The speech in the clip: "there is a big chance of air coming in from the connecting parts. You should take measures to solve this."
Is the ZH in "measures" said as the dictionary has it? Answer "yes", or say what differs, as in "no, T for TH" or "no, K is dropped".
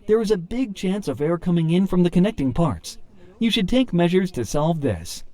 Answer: yes